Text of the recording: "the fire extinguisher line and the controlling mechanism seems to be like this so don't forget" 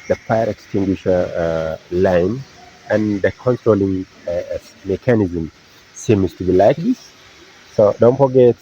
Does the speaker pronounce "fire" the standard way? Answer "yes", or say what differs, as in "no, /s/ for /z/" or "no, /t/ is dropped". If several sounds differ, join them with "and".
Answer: no, /p/ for /f/